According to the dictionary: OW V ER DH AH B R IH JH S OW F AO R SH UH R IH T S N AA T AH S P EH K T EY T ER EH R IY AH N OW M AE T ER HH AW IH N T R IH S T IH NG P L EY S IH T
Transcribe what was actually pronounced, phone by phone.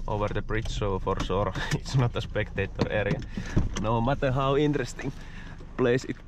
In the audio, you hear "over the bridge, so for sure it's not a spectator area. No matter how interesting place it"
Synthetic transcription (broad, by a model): OW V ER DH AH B R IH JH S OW F AO R S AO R IH T S N AA T AH S P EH K T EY T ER EH R IY AH N OW M AE T ER HH AW IH N T R IH S T IH NG P L EY S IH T